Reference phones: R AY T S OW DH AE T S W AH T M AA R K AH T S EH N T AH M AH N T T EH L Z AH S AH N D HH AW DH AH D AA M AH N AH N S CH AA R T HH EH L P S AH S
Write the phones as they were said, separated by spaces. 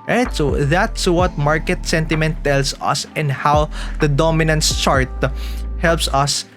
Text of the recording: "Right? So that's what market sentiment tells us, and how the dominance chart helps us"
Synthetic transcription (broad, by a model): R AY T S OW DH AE T S W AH T M AA R K AH T S EH N T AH M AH N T T EH L S AH S AH N D HH AW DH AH D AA M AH N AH N S CH AA R T HH EH L P S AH S